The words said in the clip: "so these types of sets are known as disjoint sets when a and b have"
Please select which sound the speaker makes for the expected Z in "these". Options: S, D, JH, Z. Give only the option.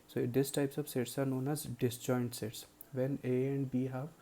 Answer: S